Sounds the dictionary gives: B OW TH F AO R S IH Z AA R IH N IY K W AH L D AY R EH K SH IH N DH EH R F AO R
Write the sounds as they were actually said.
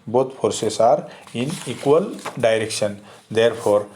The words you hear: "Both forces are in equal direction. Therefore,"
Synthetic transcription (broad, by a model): B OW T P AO R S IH S AA R IH N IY K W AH L D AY R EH K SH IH N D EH R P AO R